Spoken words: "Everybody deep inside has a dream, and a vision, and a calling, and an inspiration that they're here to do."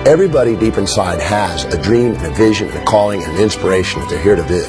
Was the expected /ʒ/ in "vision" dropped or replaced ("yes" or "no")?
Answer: no